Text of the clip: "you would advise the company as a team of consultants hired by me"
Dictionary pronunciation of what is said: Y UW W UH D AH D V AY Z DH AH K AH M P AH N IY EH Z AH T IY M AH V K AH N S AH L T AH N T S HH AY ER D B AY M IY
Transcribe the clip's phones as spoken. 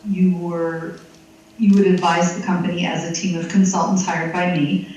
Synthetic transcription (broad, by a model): Y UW W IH D AH D V AY Z DH AH K AH M P AH N IY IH Z AH T IY M AH V K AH N S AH L T N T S HH AY ER D B AY M IY